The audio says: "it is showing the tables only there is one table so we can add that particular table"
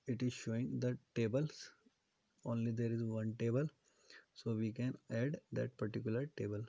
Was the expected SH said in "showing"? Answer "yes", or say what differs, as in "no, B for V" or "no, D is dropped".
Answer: yes